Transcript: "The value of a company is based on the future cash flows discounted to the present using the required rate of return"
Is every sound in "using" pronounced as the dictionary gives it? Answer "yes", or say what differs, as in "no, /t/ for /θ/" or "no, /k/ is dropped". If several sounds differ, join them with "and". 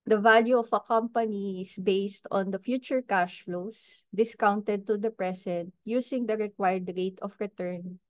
no, /s/ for /z/